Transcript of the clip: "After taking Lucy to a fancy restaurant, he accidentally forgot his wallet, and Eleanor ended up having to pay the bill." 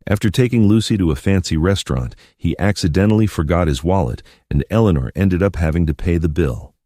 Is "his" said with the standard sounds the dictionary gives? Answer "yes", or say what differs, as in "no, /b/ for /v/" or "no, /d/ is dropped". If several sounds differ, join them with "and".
yes